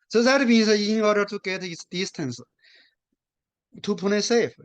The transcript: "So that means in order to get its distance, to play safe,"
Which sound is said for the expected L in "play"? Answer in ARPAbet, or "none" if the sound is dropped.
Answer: N